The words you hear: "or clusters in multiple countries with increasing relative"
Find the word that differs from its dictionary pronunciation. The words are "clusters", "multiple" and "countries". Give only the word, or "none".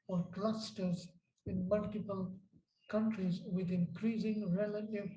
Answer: none